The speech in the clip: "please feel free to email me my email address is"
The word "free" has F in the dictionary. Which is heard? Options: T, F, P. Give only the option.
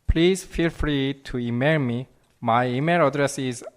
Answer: F